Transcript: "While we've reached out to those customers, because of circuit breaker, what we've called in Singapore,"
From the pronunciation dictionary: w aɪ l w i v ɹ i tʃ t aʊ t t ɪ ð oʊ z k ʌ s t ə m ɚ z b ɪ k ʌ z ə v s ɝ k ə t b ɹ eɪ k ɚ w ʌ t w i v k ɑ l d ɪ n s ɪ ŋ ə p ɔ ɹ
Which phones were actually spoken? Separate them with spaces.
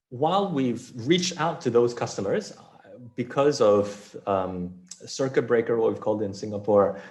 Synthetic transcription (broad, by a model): w aɪ l w i v ɹ i tʃ t aʊ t t ɪ ð oʊ z k ʌ s t ə m ɚ z b ɪ k ʌ z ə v s ɝ k ə t b ɹ eɪ k ɚ w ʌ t w i v k ɑ l d ɪ n s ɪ ŋ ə p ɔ ɹ